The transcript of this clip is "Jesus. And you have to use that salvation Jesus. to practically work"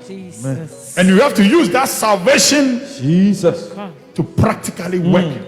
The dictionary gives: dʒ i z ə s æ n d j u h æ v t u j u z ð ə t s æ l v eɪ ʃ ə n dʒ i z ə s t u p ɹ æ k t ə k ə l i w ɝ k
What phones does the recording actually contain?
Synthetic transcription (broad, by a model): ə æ n j u h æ f t u j u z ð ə t s æ l v eɪ ʃ ə n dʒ i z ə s t u p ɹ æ k t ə k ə l i w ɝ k